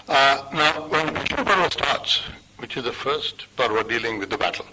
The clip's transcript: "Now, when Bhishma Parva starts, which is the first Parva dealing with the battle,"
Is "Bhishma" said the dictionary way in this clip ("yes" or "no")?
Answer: no